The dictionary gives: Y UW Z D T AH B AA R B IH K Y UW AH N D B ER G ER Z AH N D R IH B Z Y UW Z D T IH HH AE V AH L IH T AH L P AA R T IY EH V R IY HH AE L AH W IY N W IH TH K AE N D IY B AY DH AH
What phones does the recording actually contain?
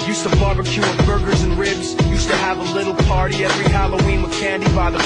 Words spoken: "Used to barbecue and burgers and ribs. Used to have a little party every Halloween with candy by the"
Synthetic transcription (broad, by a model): Y UW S T AH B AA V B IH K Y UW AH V B ER G ER Z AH N R IH B Z Y UW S T IH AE V AH L IH T L P AA R T IY EH V R IY HH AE L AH W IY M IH K AE N D IY B AY DH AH